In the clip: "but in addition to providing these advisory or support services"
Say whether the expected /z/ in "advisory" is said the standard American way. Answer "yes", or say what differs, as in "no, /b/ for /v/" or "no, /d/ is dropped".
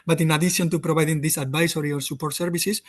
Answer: no, /s/ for /z/